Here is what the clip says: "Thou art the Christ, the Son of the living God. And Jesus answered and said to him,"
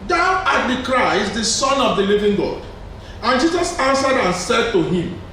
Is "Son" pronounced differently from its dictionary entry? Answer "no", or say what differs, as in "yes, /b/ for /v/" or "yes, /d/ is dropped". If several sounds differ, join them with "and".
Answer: no